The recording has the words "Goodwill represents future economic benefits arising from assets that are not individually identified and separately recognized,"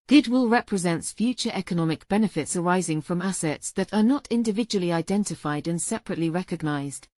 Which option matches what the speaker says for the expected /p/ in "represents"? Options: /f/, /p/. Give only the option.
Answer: /p/